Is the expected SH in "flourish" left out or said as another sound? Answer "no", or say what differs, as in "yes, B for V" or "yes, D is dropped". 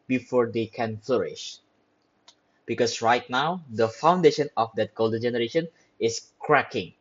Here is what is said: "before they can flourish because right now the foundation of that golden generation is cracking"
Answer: no